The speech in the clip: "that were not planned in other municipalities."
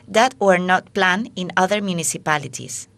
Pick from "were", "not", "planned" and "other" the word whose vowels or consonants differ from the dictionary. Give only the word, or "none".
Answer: planned